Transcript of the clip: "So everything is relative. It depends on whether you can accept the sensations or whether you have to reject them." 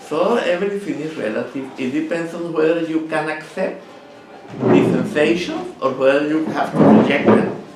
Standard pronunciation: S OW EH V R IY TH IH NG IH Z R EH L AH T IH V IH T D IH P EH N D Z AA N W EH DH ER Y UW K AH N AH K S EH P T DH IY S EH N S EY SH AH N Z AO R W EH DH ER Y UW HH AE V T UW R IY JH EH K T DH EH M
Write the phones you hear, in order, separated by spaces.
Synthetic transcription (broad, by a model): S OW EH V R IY F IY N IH S R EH L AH T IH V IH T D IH P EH N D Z AA N W EH DH ER Y UW K AH N AH K S EH P T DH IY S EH N S EY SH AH N S AO R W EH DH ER Y UW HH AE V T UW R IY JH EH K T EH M